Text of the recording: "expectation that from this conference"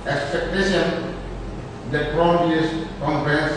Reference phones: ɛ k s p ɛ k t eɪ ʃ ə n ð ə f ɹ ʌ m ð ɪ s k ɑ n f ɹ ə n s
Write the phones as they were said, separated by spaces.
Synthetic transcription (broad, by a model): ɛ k s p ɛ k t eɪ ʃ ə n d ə p ɹ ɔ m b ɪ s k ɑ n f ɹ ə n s